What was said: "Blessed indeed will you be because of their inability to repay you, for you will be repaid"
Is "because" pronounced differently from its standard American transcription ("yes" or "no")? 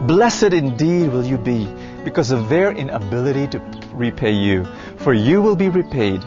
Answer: no